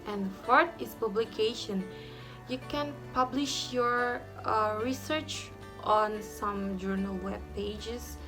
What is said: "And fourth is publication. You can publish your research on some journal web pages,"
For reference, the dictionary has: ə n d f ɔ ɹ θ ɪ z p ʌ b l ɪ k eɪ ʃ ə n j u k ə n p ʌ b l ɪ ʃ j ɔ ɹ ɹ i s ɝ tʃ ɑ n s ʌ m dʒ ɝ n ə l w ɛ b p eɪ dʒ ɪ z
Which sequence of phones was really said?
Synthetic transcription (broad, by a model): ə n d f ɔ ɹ t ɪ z p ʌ b l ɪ k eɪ ʃ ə n j u k ə n p ʌ b l ɪ ʃ j ɔ ɹ ɹ i s ɝ tʃ ɑ n s ʌ m dʒ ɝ n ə l w ɛ b p eɪ dʒ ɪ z